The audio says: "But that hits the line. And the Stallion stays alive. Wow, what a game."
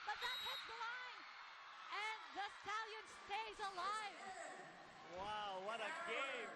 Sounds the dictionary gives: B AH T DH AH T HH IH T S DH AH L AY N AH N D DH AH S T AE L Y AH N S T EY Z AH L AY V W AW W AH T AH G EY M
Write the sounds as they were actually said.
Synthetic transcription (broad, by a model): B AH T DH AH T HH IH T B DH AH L AY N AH N DH AH S T AE L Y AH N S T EY Z AH L AY V W AW W AH T AH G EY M